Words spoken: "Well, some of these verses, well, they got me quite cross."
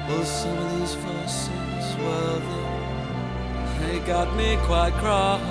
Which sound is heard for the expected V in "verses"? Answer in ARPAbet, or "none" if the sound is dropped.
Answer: F